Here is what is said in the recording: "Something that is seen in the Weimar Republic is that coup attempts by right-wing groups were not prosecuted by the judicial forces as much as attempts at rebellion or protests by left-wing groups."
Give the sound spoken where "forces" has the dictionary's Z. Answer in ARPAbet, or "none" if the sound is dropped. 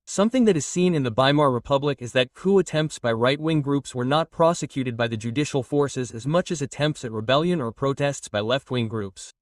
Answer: Z